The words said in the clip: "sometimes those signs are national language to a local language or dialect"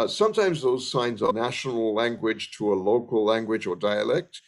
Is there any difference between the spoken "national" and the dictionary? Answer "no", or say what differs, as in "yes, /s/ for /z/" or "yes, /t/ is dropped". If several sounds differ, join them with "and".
no